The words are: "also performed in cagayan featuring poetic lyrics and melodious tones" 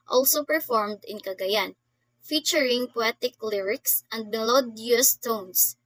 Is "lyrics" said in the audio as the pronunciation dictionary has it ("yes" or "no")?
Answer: yes